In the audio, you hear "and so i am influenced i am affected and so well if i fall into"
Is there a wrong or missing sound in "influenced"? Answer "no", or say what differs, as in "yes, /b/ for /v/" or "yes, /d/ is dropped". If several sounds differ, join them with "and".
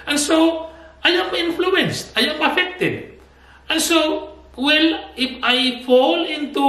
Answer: no